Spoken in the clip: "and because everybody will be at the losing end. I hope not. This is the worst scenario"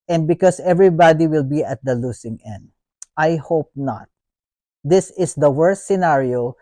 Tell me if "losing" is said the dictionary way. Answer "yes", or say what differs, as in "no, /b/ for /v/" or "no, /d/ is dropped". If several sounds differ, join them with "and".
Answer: no, /s/ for /z/